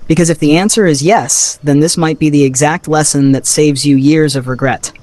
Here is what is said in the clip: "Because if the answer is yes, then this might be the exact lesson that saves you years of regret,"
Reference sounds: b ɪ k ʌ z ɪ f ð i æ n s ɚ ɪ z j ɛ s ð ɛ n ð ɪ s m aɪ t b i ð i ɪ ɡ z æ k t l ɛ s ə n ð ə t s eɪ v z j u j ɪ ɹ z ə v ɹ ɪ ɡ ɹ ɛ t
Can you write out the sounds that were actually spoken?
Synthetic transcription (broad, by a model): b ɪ k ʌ z ɪ f ð i æ n s ɚ ɪ z j ɛ s ð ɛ n ð ɪ s m aɪ t b i ð i ɪ ɡ z æ k t l ɛ s ə n ð ə t s eɪ v z j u j ɪ ɹ z ə v ɹ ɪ ɡ ɹ ɛ t